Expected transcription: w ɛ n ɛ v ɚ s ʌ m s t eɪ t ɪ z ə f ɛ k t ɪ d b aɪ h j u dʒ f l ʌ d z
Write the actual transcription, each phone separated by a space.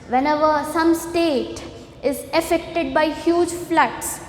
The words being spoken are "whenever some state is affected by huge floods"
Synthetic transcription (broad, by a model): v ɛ n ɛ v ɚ s ʌ m s t eɪ t ɪ z ə f ɛ k t ɪ d b aɪ h j u dʒ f l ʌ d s